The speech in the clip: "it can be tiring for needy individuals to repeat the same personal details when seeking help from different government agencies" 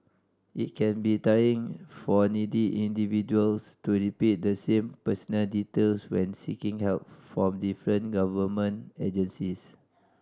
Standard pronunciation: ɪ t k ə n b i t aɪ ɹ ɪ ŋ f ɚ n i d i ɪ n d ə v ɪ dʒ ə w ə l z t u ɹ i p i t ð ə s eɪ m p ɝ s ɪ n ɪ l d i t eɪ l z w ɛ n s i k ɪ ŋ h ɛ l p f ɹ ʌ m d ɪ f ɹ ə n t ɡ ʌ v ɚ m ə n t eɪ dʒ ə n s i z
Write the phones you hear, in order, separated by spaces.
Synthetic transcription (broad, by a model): ɪ t k ə n b i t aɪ ɪ ŋ f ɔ n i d i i n d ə v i dʒ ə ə l s t u ɹ i p i t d ə s eɪ m p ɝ s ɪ n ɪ l d i t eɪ l s w ɛ n s i k ɪ ŋ h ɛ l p f ɹ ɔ m d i f ɹ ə n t ɡ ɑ v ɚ m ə n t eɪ dʒ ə n s i s